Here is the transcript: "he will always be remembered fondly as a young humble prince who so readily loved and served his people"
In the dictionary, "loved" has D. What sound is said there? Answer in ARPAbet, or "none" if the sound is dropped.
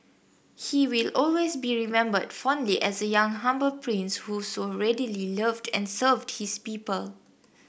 D